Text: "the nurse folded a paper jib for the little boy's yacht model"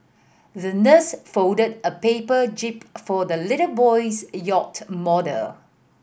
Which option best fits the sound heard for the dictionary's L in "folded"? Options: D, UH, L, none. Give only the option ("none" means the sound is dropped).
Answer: none